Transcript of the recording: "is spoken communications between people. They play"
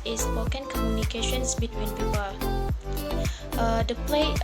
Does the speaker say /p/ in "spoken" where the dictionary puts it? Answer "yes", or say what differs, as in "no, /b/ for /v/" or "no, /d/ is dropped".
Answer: no, /p/ is dropped